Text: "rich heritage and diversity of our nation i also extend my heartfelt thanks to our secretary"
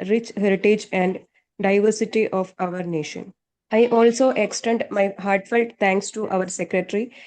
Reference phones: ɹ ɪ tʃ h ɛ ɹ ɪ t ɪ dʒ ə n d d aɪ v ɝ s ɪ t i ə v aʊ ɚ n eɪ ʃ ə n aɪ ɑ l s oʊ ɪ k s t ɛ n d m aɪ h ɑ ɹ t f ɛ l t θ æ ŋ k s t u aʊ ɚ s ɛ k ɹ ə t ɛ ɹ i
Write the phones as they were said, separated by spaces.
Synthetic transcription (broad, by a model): ɹ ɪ tʃ h ɛ ɹ ɪ t ɪ dʒ ə n d d aɪ v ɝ s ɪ t i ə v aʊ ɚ n eɪ ʃ ə n aɪ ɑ l s oʊ ɪ k s t ɛ n d m aɪ h ɑ ɹ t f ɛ l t t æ ŋ k s t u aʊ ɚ s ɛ k ɹ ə t ɹ i